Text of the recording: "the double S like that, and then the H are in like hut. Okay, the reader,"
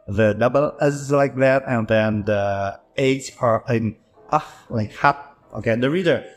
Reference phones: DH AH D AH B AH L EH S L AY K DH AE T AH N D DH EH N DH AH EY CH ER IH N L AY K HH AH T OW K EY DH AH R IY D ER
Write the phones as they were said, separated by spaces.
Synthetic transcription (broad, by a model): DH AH D AH B AH L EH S L AY K DH AE T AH N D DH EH N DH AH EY S ER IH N L AY K HH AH T OW K EY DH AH R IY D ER